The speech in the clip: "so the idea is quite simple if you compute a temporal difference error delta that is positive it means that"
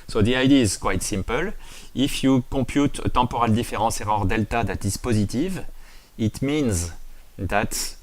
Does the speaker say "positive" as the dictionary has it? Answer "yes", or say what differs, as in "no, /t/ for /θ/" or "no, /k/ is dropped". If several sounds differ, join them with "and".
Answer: yes